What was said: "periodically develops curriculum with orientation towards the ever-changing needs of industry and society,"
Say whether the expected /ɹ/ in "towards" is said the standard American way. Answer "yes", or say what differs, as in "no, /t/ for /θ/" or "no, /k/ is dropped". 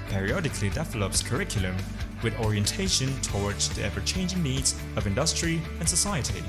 yes